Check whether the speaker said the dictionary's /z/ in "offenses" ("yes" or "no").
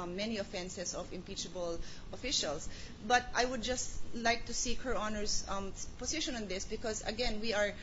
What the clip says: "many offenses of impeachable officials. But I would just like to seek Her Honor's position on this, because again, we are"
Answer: no